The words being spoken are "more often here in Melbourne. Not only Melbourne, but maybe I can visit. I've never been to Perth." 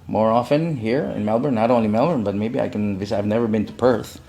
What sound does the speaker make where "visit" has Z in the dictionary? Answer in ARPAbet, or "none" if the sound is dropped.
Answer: S